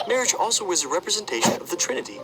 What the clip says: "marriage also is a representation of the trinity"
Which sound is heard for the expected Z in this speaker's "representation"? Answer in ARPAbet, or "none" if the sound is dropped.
Z